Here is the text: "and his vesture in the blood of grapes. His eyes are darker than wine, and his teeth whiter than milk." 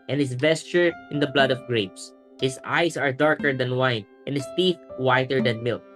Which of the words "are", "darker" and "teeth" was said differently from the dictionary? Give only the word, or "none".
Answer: none